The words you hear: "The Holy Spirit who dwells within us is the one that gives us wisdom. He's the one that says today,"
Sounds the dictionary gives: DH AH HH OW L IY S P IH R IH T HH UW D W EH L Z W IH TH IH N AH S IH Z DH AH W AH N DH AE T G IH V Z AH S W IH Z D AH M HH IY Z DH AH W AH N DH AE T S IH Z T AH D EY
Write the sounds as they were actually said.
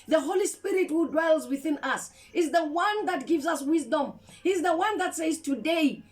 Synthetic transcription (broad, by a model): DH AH HH OW L IY S P IH R IH T HH UW D W EH L Z W IH TH IH N AH S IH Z DH AH W AH N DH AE T G IH V Z AH S W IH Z D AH M HH IY Z DH AH W AH N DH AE T S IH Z T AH D EY